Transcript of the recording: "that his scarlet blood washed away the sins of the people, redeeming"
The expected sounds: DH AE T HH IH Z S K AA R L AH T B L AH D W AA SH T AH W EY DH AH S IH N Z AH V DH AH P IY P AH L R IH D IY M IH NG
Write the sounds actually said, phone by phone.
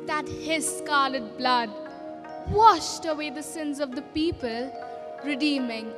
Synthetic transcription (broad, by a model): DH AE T HH IH Z S K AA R L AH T B L AH D W AA SH T AH W EY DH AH S IH N Z AH V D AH P IY P AH L R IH D IY M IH NG